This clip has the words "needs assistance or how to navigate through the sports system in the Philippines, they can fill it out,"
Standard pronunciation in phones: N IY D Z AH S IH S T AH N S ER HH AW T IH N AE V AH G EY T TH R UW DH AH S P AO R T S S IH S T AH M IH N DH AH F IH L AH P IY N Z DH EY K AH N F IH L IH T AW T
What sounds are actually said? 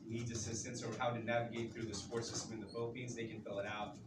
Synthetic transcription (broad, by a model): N IY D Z AH S IH S T AH N S ER HH AW T IH N AE V AH G EY T TH R UW DH AH S P AO R T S S IH S T AH M IH N DH AH F IH L AH P IY N Z DH EY K AH N F IH L IH T AW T